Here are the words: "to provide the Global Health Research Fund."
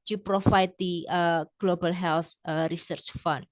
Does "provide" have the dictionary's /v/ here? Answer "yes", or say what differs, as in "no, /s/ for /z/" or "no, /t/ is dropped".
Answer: no, /f/ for /v/